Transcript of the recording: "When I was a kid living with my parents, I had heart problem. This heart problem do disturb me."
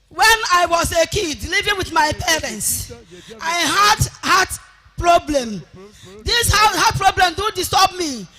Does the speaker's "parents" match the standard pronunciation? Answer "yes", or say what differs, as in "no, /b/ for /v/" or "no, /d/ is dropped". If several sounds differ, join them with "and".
yes